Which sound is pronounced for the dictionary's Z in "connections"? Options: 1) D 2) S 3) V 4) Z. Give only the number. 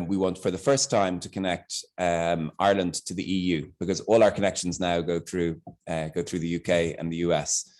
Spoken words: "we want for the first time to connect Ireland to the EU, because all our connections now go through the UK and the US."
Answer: 4